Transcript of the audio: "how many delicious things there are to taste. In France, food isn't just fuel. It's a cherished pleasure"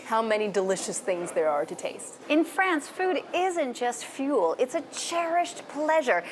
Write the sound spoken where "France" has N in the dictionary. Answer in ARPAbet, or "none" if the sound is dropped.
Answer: N